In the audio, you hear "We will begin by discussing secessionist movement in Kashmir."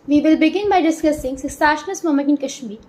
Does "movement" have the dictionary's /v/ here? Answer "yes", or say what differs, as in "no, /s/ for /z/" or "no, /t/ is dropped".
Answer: no, /v/ is dropped